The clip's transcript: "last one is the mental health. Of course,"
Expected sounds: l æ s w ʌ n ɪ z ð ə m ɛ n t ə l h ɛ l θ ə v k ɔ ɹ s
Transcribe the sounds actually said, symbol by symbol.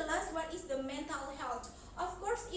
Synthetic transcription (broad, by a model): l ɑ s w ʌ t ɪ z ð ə m ɛ n t ə l h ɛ l t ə f k ɔ ɹ s